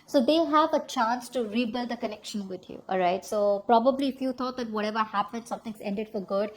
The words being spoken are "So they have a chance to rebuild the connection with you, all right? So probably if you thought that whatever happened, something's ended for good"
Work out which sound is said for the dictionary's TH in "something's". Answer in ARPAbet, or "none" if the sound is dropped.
T